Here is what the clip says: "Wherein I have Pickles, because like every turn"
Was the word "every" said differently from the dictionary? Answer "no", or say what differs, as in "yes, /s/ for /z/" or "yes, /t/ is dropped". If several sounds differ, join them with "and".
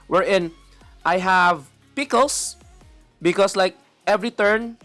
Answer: no